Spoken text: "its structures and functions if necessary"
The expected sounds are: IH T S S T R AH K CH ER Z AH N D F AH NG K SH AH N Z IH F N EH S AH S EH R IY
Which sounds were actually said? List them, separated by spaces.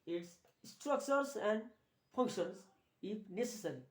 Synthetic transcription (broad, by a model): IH T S S T R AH K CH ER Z AH N D P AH NG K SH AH N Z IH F N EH S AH S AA R IY